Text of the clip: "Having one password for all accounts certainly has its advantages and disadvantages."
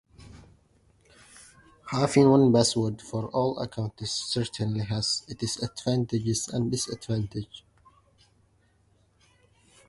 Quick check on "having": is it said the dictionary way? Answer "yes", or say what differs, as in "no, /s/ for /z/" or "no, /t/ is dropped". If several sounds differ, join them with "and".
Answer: no, /f/ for /v/